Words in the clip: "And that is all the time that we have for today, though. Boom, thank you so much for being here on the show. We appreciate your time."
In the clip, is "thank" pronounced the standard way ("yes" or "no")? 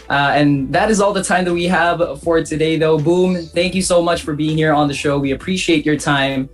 yes